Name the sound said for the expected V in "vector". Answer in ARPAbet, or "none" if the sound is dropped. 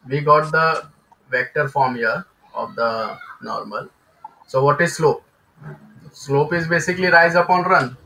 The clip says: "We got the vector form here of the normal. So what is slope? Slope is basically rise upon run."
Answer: V